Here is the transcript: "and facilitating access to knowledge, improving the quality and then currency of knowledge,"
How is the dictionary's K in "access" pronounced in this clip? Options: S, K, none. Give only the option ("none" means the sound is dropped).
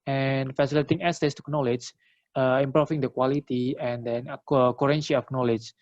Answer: none